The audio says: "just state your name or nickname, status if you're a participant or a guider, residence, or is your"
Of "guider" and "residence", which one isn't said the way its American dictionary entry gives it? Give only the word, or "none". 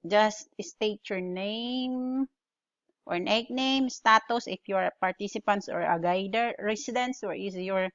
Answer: residence